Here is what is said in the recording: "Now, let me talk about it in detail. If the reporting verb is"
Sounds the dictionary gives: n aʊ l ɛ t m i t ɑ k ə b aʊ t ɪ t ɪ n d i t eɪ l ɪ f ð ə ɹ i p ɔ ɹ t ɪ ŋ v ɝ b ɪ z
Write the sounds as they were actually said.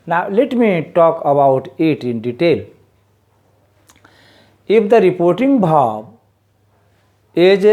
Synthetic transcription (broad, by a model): n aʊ l ɛ t m i t ɑ k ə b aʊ t ɪ t ɪ n d i t eɪ l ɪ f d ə ɹ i p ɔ ɹ t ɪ ŋ b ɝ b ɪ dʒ